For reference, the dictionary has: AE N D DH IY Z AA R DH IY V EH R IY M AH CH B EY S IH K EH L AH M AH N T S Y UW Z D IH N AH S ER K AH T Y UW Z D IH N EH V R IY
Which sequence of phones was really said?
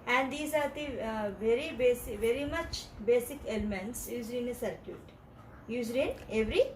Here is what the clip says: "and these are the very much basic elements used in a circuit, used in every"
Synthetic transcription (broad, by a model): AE N D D IY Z AA R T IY V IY R IY M AH CH B EY S IH K EH L AH M AH N T S Y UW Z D IH N AH S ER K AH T Y UW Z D IH N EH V R IY